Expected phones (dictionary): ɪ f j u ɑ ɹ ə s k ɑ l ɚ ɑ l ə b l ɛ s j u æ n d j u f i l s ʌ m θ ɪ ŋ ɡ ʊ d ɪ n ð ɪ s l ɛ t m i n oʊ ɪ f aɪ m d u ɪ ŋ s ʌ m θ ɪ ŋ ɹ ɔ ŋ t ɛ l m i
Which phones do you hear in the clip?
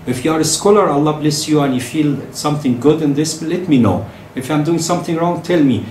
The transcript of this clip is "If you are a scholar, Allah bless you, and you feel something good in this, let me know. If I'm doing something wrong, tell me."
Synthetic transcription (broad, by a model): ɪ f j u ɑ ɹ ə s k ɑ l ɚ ɑ l ə b l ɛ s j u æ n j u f i l s ʌ m θ ɪ ŋ ɡ ʊ d ɪ n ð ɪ s l ɛ t m i n oʊ ɪ f aɪ m d u ɪ ŋ s ʌ m θ ɪ ŋ ɹ ɔ ŋ t ɛ l m i